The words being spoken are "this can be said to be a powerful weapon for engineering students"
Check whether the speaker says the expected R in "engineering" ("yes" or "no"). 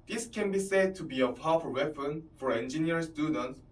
no